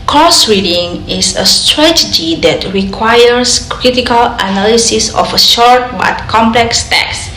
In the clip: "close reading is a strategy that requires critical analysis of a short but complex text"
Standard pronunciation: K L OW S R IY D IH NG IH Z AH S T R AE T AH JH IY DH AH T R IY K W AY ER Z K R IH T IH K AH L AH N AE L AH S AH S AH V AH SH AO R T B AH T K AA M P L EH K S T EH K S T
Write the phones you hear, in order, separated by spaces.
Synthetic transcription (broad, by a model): K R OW S R IY D IH NG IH S AH S T R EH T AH JH IY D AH T R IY K W AY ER S K R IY T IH K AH L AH N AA L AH S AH S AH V AH SH AO R T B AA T K AA M P L EH K S T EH K S